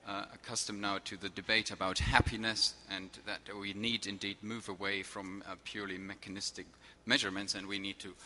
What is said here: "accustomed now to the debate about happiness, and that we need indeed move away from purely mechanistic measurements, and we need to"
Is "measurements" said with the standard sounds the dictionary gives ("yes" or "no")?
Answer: yes